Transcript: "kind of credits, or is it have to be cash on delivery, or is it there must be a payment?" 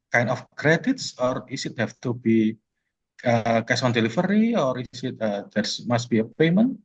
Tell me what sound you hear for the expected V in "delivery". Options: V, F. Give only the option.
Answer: F